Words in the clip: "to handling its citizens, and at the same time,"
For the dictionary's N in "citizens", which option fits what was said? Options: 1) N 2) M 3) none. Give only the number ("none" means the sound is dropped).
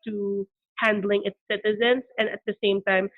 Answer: 1